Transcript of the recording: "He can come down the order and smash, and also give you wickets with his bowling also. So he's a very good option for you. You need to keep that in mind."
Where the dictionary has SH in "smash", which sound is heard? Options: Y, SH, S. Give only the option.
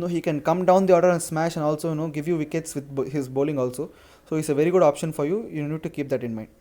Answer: SH